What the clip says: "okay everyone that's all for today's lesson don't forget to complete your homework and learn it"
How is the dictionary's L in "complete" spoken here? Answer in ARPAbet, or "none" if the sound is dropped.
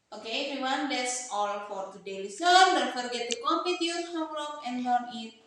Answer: none